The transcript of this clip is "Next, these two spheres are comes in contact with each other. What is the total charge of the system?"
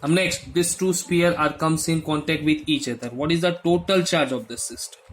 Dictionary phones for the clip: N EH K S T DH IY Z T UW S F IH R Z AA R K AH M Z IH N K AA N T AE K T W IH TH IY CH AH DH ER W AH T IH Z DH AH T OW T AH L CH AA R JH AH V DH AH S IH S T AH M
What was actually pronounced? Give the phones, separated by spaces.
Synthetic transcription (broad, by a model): N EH K S T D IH S T UW S P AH R AA R K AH M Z IH N K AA N T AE K T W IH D IY CH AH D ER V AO T IH Z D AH T OW T AH L CH AA R JH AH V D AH S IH S T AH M